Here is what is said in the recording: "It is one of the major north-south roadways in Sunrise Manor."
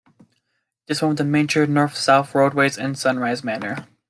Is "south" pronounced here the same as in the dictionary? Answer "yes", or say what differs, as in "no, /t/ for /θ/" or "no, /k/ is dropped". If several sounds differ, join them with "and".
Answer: yes